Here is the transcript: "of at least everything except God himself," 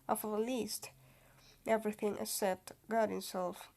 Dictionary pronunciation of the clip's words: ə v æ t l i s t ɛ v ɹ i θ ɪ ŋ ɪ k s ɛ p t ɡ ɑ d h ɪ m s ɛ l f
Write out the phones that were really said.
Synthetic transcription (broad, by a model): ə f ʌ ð l i s t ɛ v ɹ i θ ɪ ŋ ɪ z s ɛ t ɡ ɑ d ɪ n s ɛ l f